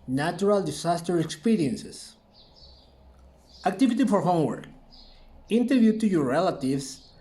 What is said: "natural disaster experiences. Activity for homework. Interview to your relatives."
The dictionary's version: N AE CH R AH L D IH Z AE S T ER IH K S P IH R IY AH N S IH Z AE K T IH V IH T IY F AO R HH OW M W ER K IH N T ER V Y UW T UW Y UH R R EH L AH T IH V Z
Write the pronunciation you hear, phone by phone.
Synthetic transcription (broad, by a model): N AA CH R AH L D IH S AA S T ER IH K S P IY R IY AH N S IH S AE K T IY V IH T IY F AO R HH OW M W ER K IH N T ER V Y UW T UW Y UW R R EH L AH T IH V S